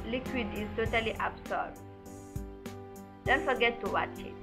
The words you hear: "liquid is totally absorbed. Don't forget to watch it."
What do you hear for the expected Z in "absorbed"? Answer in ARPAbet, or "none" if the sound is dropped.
S